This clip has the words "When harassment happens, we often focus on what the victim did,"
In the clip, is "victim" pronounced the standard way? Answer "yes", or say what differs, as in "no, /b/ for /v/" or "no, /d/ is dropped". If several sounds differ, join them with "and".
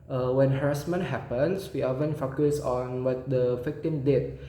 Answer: no, /f/ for /v/